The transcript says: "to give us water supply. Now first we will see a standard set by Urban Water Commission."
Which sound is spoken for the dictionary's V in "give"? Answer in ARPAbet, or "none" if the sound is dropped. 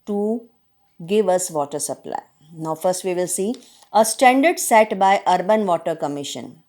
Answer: V